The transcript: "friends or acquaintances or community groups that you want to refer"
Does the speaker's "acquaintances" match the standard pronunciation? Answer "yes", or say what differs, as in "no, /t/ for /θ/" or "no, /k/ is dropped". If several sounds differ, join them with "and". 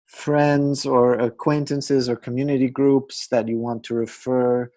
yes